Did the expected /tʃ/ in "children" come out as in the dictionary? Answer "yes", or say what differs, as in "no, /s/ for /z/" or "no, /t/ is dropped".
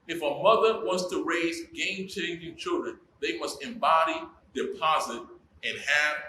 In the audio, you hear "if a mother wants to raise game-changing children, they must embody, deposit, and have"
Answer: yes